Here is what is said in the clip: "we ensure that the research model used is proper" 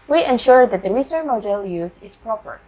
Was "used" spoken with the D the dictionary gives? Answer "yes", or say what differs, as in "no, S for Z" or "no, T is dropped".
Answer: no, D is dropped